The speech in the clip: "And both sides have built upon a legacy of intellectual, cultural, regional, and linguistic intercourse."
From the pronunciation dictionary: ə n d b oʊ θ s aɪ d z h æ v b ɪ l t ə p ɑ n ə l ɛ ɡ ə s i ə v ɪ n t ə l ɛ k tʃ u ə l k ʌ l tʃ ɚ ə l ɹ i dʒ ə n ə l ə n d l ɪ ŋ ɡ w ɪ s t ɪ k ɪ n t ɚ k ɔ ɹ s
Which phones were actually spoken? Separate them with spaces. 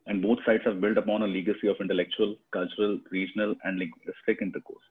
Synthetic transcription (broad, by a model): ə n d b oʊ t s aɪ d s h æ v b ɪ l t ə p ɑ n ə l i ɡ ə s i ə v ɪ n t ə l ɛ k tʃ u ə l k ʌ l tʃ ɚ ə l ɹ i dʒ ə n ə l ə n d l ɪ ɡ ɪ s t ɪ k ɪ n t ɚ k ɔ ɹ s